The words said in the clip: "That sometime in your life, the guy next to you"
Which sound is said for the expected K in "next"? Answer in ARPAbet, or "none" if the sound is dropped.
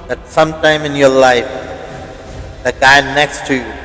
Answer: K